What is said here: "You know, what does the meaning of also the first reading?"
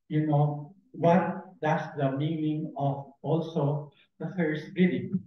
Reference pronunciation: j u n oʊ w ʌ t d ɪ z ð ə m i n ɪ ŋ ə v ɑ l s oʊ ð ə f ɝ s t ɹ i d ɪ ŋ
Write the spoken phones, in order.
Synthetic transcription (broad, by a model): j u n oʊ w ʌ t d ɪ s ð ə m i n ɪ ŋ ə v ɑ l s oʊ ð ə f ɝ s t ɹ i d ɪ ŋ